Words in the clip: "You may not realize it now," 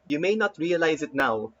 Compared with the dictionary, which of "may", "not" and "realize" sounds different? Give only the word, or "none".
none